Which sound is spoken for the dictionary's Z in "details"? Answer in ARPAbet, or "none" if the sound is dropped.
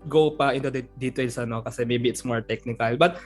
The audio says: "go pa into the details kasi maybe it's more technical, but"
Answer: S